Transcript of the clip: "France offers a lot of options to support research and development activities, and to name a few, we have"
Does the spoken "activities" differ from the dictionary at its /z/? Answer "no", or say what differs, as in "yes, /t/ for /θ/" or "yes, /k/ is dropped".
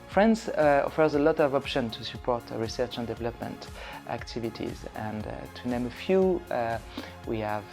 no